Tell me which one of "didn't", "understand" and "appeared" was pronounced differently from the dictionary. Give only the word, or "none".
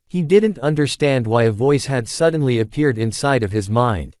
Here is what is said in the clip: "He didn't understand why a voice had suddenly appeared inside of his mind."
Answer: none